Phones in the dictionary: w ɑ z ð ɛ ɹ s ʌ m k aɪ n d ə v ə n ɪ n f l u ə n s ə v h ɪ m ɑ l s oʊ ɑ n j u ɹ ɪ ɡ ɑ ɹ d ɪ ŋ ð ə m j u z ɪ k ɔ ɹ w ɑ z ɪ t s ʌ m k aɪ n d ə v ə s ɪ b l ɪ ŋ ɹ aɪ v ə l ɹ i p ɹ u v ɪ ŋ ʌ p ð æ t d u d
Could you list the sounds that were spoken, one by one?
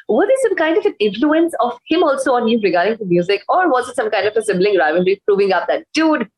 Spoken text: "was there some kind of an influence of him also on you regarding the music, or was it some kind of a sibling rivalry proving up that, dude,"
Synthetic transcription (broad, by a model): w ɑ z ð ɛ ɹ s ʌ m k aɪ n d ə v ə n ɪ n f l u ə n s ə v h ɪ m ɑ l s oʊ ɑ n j u ɹ ɪ ɡ ɑ ɹ d ɪ ŋ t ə m j u z ɪ k ɔ ɹ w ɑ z ɪ t s ʌ m k aɪ n d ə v ə s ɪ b l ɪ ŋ ɹ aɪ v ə n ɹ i p ɹ u v ɪ ŋ ʌ p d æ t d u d